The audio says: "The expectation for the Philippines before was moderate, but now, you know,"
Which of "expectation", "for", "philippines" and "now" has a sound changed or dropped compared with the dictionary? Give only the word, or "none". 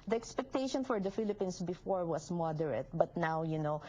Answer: philippines